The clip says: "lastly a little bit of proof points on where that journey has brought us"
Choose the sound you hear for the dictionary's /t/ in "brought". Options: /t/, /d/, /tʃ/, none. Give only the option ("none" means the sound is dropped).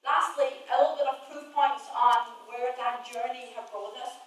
none